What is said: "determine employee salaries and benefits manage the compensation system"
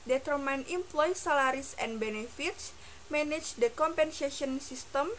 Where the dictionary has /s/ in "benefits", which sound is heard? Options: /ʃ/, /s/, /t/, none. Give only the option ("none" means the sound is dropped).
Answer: /s/